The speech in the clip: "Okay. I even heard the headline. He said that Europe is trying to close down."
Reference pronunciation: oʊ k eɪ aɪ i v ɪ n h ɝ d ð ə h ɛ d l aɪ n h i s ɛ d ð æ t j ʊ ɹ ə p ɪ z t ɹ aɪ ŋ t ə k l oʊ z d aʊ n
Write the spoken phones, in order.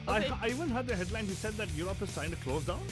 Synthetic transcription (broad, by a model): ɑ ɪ aɪ i v ɪ n h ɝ d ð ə h ɛ d l aɪ n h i s ɛ d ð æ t j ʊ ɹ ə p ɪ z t aɪ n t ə k l oʊ z d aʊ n